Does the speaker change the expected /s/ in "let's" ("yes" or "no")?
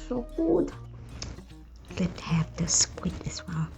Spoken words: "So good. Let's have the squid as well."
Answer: yes